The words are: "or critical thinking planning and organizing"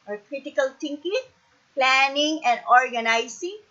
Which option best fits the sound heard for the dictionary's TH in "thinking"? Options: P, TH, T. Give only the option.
T